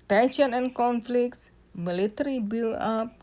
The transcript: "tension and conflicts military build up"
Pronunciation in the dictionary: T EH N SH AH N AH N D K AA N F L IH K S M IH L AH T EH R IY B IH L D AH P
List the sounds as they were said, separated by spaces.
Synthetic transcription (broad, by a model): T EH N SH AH N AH N K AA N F L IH K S M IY L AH T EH R IY B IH L AA P